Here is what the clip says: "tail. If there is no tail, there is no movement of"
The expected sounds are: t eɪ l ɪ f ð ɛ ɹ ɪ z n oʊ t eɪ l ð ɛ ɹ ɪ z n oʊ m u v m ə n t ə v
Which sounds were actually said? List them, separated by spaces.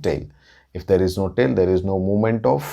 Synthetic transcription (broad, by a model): t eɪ l ɪ f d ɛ ɹ ɪ z n oʊ t eɪ l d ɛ ɹ ɪ z n oʊ m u m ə n t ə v